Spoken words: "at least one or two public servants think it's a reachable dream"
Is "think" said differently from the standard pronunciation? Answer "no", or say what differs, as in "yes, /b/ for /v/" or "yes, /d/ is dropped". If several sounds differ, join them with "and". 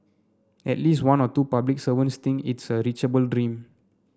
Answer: yes, /t/ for /θ/ and /k/ is dropped